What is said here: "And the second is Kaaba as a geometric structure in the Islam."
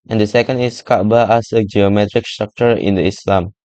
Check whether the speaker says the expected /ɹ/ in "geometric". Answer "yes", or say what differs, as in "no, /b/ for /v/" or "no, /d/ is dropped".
yes